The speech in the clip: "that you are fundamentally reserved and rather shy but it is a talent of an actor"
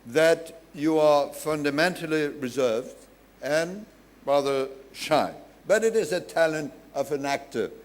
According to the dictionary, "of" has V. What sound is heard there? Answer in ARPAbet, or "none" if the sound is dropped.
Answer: V